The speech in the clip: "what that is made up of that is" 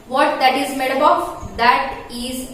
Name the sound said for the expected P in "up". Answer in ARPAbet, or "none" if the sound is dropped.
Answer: B